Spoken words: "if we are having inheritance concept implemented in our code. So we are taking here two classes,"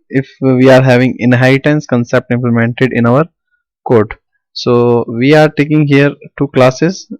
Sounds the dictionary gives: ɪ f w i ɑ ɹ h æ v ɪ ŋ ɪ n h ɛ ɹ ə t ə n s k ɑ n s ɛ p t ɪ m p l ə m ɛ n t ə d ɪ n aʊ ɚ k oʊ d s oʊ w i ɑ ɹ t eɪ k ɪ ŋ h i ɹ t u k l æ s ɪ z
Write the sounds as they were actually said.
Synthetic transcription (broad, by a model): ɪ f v i ɑ ɹ h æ v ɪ ŋ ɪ n h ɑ ə t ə n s k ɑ n s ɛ p t ɪ m p l ə m ɛ n t ə d ɪ n aʊ ɚ k oʊ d s oʊ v i ɑ ɹ t eɪ k ɪ ŋ h i ɹ t u k l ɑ s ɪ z